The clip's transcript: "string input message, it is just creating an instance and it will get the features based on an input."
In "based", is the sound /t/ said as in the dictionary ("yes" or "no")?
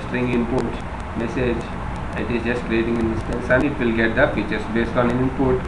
yes